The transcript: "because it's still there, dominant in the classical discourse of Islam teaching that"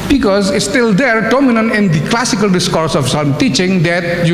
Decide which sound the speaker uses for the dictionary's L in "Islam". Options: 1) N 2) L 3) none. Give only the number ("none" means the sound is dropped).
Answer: 3